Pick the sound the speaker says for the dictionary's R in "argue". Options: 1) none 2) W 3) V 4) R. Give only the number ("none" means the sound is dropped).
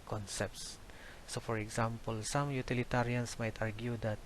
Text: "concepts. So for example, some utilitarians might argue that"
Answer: 4